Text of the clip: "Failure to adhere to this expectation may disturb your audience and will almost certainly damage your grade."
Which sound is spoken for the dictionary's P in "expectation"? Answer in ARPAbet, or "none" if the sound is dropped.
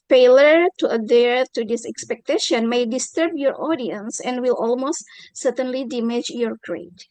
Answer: P